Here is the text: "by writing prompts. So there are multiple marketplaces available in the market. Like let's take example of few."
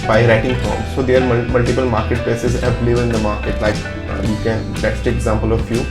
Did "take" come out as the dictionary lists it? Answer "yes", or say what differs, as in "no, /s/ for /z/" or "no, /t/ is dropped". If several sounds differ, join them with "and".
no, /k/ is dropped